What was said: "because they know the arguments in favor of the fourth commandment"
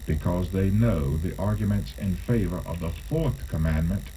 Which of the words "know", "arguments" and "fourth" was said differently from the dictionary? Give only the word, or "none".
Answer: none